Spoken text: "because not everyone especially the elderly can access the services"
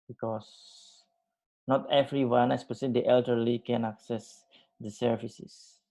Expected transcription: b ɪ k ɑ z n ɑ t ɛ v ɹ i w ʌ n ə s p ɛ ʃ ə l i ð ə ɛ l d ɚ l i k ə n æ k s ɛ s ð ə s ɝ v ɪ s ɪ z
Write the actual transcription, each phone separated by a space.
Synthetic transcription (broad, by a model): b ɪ k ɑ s n ɑ t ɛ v ɹ i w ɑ n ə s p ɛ s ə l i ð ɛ l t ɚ l i k ə n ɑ k s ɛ s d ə s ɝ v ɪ s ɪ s